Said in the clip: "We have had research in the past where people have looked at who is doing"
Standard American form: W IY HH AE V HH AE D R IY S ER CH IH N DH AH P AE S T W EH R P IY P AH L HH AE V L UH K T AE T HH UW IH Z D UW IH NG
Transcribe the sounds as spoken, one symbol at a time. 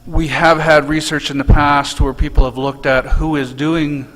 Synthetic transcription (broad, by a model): W IY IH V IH D R IY S ER CH IH N DH AH P AE S T W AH R P IY P L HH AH V L UH K T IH T HH UW IH Z D UW IH NG